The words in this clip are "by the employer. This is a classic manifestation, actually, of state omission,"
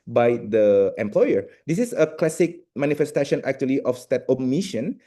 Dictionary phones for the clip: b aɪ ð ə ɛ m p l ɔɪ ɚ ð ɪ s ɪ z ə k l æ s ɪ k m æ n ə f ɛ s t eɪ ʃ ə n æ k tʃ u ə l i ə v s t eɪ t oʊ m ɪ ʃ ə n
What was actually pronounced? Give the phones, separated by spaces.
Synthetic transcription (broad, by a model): b aɪ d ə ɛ m p l ɔɪ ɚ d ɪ s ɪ s ə k l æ s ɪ k m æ n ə f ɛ s t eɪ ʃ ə n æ k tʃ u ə l i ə f s t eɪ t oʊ m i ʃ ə n